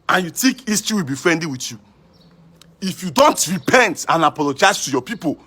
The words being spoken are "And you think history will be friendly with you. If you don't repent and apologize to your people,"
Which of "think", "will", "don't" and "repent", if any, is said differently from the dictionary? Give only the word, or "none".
think